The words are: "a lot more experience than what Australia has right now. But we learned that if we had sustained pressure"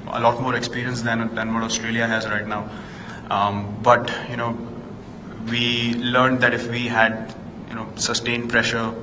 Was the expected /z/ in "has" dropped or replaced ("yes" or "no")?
no